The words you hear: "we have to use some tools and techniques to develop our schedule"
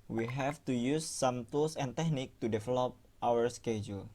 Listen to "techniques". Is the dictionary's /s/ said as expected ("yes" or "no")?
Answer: no